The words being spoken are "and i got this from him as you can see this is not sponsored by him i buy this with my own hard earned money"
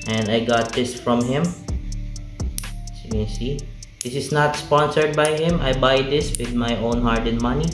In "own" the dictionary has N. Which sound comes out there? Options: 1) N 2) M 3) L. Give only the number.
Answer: 1